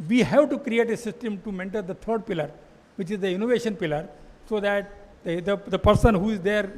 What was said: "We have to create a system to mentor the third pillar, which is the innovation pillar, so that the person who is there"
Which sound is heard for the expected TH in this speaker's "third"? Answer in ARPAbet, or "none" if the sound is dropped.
T